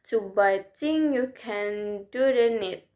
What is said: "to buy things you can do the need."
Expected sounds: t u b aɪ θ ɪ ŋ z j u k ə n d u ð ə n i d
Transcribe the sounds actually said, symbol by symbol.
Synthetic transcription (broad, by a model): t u b aɪ t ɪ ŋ j u k ə n d u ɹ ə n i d